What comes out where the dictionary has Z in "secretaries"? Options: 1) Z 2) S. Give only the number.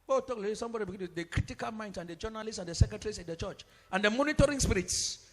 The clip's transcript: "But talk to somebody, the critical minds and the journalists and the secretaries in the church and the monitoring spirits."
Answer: 2